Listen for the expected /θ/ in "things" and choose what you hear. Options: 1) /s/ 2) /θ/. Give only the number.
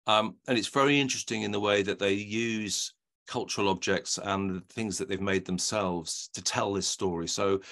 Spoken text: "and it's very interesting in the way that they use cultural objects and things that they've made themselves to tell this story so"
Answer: 2